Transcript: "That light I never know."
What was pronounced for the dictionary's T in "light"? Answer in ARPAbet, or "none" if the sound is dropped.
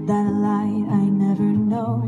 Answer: none